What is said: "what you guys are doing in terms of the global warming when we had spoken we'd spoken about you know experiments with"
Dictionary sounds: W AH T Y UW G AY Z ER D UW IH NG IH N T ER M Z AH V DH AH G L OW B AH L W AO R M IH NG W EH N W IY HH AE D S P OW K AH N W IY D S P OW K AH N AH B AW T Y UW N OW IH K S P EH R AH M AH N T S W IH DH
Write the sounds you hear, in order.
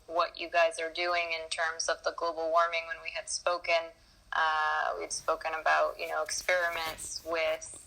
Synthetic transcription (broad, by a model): W AH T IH G AY Z ER D UW IH NG IH N T ER M Z AH V DH AH G L OW B L W AO R M IH NG W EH N W IY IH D S P OW K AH N W IY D S P OW K AH N AH B AW T Y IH N OW IH K S P EH R AH M AH N T S W IH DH